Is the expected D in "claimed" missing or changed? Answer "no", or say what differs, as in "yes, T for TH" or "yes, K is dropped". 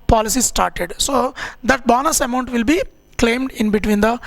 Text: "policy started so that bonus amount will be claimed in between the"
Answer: no